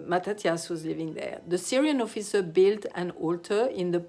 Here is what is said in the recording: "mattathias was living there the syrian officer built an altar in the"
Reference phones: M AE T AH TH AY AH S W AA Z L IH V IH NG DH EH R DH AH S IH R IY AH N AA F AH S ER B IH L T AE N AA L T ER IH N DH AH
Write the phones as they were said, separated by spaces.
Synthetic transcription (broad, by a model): M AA T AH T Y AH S W AA Z L IH V IH NG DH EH R DH AH S IH R IY AH N AA F AH S ER B IH L T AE N AA L T ER IH N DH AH